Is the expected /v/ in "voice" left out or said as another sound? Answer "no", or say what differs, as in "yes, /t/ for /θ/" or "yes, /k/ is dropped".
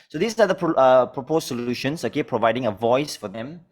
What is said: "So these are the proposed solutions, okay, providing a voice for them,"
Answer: no